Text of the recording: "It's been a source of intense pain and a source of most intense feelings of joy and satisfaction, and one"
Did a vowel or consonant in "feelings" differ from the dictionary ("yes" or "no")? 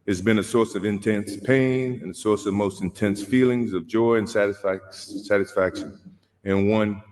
no